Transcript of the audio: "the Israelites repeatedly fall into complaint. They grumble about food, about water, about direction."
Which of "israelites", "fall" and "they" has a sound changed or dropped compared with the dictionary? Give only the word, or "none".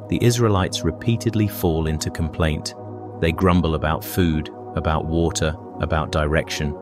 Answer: none